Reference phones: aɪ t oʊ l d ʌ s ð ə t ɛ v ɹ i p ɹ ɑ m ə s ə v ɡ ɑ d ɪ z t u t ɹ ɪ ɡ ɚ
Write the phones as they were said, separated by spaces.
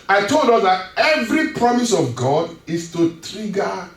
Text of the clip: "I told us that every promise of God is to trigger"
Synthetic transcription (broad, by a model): aɪ t oʊ l d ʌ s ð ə t ɛ v ɹ i p ɹ ɑ m ə s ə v ɡ ɑ d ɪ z t u t ɹ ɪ ɡ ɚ